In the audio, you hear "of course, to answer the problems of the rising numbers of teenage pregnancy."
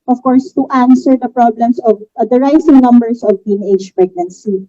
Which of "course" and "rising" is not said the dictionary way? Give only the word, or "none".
rising